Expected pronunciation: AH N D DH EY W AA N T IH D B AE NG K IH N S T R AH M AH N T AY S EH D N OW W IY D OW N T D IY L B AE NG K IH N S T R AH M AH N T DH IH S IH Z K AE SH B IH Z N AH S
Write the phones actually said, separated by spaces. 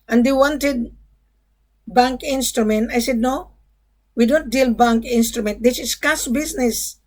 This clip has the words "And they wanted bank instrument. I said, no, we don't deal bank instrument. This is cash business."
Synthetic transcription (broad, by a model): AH N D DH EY W AA N T IH D B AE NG K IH N S T R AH M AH N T AY S EH D N OW W IY D OW N T D IY L B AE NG K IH N S T R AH M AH N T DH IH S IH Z K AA S B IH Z N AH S